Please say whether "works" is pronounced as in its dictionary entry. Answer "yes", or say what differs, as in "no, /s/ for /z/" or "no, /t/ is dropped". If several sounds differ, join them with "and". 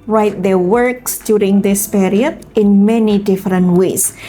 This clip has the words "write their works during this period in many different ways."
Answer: yes